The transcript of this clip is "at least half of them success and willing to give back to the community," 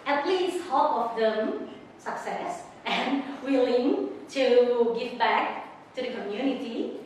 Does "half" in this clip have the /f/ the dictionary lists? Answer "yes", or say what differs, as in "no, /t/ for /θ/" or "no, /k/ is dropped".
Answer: no, /p/ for /f/